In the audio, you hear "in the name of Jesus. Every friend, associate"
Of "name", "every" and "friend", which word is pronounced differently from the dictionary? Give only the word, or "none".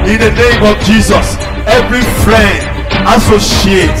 none